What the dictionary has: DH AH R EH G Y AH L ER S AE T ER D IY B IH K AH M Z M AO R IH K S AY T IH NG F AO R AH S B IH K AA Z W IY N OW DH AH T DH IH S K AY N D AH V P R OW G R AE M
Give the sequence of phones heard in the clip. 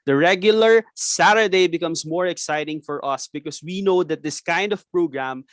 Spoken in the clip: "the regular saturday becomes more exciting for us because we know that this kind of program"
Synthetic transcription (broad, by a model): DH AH R EH G Y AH L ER S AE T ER D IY B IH K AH M S M AO R IH K S AY T IH NG F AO R AH S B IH K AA S W IY N OW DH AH T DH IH S K AY N D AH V P R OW G R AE M